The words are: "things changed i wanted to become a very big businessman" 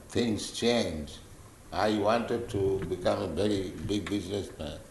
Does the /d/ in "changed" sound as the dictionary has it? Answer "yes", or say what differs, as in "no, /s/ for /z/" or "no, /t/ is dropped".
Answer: no, /d/ is dropped